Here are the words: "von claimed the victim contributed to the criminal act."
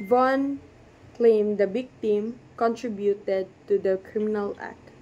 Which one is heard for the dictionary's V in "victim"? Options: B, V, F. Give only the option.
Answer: B